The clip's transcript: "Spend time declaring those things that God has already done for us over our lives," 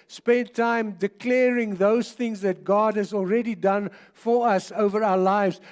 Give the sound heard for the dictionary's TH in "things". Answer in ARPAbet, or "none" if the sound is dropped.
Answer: TH